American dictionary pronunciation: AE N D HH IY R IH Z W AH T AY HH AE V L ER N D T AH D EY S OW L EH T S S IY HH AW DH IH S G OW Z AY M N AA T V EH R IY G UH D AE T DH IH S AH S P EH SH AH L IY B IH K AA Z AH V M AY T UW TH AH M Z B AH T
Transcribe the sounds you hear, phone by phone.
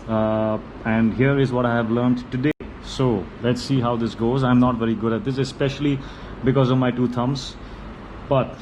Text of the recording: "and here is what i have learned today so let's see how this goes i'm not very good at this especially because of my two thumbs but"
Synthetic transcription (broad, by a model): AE N D HH IY R IH Z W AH T AY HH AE V L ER N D T AH D EY S OW L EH T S S IY HH AW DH IH S G OW Z AY M N AA T V EH R IY G UH D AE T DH IH S AH S P EH SH AH L IY B IH K AA Z AH V M AY T UW T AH M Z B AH T